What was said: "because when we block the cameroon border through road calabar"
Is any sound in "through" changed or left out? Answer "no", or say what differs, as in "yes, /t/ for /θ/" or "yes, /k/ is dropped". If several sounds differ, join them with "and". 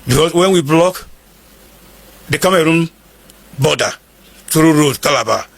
yes, /t/ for /θ/